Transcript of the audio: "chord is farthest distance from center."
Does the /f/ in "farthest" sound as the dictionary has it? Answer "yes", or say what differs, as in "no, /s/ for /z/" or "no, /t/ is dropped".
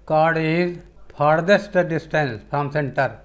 no, /p/ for /f/